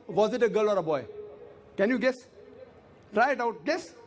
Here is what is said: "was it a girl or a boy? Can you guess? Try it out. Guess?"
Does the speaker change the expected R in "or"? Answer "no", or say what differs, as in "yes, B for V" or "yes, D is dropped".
no